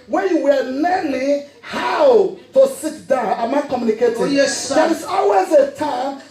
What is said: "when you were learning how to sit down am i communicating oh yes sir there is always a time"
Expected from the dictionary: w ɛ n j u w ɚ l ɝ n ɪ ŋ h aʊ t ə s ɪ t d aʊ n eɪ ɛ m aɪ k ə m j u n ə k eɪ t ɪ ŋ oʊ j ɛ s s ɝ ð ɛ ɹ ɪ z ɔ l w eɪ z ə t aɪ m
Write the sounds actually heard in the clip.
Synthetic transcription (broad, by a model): w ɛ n j u w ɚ n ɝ l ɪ h aʊ t ə s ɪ t d aʊ n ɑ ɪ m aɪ k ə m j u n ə k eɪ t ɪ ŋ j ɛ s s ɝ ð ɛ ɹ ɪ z ɔ l w eɪ z ə t aɪ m